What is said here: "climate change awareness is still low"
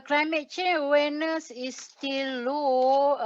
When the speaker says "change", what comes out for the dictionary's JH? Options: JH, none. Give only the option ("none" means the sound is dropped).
none